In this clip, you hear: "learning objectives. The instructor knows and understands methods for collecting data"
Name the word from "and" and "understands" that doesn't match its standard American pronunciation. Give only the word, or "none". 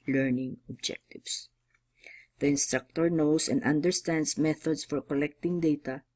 understands